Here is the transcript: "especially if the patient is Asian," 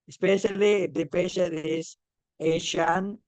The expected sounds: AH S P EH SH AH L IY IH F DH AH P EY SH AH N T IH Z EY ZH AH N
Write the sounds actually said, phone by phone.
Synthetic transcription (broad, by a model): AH S P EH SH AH L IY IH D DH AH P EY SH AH T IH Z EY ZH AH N